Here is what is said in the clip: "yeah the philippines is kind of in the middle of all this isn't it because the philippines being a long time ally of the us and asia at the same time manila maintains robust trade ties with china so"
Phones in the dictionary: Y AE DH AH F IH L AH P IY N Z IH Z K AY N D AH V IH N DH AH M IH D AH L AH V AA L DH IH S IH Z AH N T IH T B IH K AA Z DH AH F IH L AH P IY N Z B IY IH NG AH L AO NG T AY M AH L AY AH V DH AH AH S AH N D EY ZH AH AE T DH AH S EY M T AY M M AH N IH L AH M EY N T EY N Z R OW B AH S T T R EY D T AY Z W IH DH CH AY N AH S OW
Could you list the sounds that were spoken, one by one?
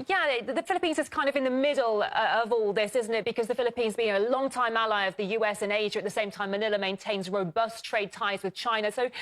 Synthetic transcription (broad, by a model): Y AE DH AH F IH L AH P IY N Z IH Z K AY N D AH V IH N DH AH M IH D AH AH V AA L DH IH S IH Z N T IH T B IH K AA Z DH AH F IH L AH P IY N Z B IY IH NG AH L AO NG T AY M AH L AY AH V DH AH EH S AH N EY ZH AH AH T DH AH S EY M T AY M M AH N IH L AH M EY N T EY N Z R OW B AH S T T R EY D T AY Z W IH DH CH AY N AH S OW